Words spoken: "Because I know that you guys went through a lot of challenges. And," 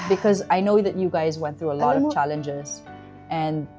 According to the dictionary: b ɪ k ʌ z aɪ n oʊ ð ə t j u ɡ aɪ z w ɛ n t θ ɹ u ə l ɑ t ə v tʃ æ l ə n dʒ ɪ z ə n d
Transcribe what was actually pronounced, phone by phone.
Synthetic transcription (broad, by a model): b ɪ k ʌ z aɪ n oʊ ð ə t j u ɡ aɪ z w ɛ n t θ ɹ u ə l ɑ t ə v tʃ æ l ə n dʒ ɪ z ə n